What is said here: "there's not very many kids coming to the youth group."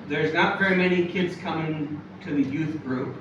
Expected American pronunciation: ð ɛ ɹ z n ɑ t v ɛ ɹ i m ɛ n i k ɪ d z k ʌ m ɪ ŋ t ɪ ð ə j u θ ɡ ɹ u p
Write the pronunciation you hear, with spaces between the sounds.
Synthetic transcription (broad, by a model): ð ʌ ɹ z n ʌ t v ɛ ɹ i m ɛ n i k ɪ d z k ʌ m ɪ ŋ t ɪ ð ə j u θ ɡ ɹ u p